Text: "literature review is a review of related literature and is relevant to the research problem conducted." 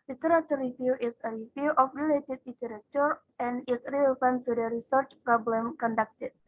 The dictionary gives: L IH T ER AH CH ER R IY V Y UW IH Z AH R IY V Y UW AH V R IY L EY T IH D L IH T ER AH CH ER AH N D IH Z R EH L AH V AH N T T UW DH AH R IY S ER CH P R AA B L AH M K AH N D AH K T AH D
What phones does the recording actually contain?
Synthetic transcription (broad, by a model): L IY T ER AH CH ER R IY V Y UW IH S AH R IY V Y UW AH F R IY L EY T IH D L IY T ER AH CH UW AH N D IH S R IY AH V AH N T T UW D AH R IY S ER CH P R AA B L AH M K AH N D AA K T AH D